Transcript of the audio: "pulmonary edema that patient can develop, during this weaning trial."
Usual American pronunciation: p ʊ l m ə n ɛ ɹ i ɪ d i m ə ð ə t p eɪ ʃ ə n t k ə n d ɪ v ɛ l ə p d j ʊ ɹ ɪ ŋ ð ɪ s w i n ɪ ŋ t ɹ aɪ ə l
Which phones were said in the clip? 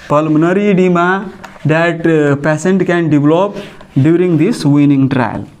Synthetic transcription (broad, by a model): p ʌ l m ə n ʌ ɹ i d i m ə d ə t p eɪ s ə n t k ə n d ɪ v l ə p d j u ɹ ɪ ŋ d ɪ s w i n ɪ ŋ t ɹ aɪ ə l